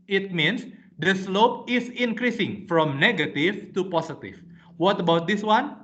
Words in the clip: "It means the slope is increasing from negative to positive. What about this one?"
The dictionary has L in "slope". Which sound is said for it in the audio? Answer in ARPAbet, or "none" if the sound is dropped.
L